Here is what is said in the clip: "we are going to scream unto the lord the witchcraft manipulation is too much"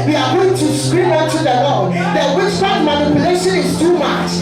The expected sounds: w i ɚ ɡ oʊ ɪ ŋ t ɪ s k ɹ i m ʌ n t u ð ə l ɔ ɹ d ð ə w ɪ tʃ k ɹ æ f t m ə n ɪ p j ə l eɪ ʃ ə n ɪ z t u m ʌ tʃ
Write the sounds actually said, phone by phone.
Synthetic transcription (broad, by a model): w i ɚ ɡ oʊ ɪ ŋ t ɪ s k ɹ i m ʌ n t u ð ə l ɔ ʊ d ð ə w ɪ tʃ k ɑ t m ə n ɪ p j ə l eɪ ʃ ə n ɪ z t u m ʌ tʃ